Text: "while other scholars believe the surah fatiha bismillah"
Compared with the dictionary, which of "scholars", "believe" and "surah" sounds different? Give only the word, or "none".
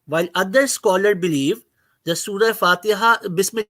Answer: scholars